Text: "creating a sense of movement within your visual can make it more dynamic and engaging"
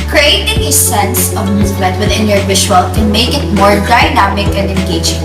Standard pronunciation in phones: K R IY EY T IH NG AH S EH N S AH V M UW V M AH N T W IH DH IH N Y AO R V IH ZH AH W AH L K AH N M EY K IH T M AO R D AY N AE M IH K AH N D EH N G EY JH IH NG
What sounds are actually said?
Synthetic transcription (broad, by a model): K R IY EY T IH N AH S EH N S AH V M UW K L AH T W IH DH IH N Y AO R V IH SH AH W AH L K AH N M EY K IH T M AO R D AY N AE M IH K AH N D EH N G EY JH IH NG